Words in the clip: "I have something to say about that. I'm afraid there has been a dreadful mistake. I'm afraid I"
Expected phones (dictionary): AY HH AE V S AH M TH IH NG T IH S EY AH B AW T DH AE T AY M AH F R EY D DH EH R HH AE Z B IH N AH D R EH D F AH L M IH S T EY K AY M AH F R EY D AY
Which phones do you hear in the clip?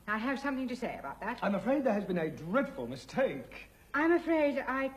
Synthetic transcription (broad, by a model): AY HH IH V S AH M TH IH NG T IH S EY AH B AW T DH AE T AY M AH F R EY D DH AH R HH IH Z B IH N AH D R EH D F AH L M IH S T EY K AY M AH F R EY D AY